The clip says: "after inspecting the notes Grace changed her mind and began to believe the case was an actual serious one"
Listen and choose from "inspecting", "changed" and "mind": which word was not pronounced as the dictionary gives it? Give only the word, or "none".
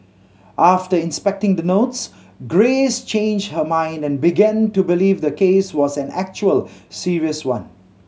none